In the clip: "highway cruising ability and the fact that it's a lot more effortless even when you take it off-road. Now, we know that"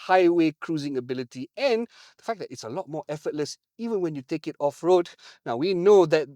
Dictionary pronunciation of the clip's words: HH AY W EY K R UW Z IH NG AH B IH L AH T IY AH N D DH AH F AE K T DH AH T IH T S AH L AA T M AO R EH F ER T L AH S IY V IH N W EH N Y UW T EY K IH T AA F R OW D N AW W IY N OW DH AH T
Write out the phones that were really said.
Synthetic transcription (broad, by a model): HH AY W EY K R UW Z IH NG AH B IH L AH T IY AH N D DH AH F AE K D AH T IH T S AH L AA T M AO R EH F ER T L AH S IY V IH N W EH N Y UW T EY K IH T AA F R OW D N AW W IY N OW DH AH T